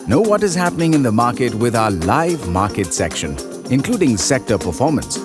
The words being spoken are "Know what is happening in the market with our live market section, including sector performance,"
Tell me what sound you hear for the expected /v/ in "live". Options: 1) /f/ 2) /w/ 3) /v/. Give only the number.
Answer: 3